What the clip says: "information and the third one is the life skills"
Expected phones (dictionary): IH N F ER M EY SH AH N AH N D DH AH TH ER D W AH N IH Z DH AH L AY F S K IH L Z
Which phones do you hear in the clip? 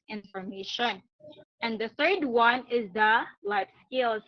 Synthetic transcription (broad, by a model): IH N F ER M EY SH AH N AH N DH AH TH ER D W AH N IH Z DH AH L AY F S K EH L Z